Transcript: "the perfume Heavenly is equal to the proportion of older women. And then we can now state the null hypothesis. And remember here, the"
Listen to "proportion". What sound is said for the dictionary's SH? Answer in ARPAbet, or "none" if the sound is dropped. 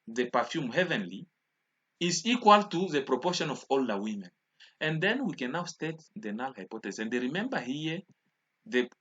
SH